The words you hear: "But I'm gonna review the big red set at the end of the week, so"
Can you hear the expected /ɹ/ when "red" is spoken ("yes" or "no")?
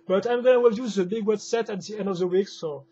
no